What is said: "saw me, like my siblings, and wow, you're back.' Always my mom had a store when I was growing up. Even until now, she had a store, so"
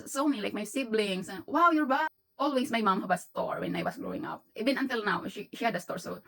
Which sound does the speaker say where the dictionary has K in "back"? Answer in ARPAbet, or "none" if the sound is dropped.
none